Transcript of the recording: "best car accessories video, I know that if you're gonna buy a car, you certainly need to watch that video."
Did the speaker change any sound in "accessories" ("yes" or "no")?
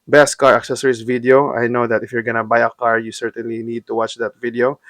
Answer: yes